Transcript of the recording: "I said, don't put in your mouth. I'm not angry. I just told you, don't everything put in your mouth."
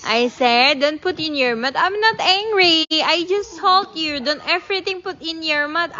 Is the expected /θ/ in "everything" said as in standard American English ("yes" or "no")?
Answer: no